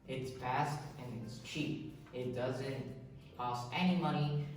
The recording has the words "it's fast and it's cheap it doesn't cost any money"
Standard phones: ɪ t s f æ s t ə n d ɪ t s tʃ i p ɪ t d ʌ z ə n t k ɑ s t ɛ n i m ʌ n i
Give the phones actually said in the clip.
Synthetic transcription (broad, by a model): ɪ t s p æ s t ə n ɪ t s tʃ i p ɪ t d ʌ z ə n t k ɑ s t ɛ n i m ʌ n i